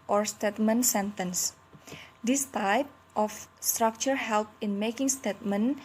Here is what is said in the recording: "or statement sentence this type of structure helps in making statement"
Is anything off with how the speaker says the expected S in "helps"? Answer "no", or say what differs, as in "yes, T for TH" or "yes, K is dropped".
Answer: yes, S is dropped